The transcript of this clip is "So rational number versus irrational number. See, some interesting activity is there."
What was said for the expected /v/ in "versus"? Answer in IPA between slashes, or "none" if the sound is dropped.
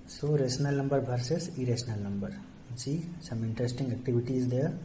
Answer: /b/